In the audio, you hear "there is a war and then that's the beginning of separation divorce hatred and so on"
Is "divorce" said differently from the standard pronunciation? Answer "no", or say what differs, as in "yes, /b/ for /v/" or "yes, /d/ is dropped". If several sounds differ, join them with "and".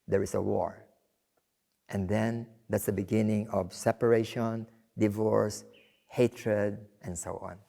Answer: no